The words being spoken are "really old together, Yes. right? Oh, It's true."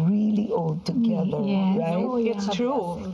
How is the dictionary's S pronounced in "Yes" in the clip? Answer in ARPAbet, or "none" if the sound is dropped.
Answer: none